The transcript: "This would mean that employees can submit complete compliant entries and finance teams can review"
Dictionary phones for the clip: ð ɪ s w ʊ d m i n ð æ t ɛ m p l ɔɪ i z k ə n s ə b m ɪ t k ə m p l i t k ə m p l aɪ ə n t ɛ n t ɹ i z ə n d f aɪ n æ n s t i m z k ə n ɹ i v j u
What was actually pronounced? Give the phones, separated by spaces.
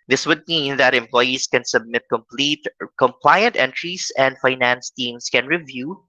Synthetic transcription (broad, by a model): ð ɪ s w ʊ d m i n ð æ t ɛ m p l ɔɪ i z k ə n s ə b m ɪ t k ə m p l i t k ə m p l aɪ ə n t ɛ n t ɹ i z ə n d f aɪ n æ n s t i m s k ə n ɹ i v j u